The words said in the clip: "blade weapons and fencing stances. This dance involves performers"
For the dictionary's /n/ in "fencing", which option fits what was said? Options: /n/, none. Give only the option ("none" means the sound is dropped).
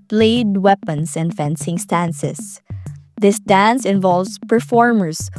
/n/